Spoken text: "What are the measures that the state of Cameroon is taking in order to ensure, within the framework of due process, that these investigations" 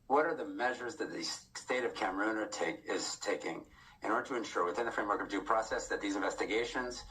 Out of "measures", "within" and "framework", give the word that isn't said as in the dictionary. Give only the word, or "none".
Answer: none